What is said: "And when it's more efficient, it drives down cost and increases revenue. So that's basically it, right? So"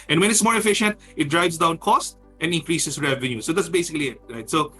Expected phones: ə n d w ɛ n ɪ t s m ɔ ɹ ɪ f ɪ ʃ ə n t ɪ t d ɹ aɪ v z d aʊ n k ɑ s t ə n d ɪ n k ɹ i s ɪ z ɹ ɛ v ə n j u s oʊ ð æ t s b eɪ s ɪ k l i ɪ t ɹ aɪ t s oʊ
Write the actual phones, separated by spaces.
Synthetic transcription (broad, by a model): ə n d w ɛ n ɪ t s m ɔ ɹ ɪ f ɪ ʃ ə n t ɪ t d ɹ aɪ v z d aʊ n k ɑ s t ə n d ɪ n k ɹ i s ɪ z ɹ ɛ v ə n j u s oʊ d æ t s b eɪ s ɪ k l i ɪ t ɹ aɪ t s oʊ